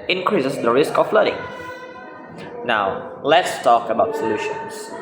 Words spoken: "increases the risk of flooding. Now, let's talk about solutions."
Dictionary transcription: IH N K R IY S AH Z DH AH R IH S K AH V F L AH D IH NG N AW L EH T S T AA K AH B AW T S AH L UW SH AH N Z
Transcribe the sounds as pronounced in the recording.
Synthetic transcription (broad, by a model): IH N K R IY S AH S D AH R IH S K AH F L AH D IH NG N AW L EH T S T AA K AH B AW T S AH L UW SH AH N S